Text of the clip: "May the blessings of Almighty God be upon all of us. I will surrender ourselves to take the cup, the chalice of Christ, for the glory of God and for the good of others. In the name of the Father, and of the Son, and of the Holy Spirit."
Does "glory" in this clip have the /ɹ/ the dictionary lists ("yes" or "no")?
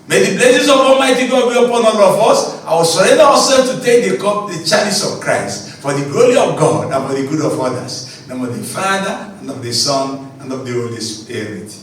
yes